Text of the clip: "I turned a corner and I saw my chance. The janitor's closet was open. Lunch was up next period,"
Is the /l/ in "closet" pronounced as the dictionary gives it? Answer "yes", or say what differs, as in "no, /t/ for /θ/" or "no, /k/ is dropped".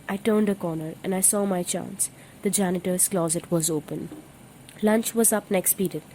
yes